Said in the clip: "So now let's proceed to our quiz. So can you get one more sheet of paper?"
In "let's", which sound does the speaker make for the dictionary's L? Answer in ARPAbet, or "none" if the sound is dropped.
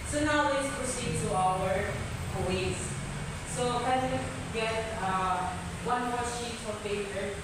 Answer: W